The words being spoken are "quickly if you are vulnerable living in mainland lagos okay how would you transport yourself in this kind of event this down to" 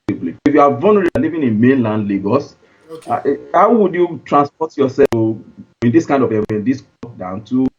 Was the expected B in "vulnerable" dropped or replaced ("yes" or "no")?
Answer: yes